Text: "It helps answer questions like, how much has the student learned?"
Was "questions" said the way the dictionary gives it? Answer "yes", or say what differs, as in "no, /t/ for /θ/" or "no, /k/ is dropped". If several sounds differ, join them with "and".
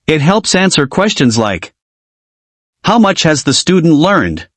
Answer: yes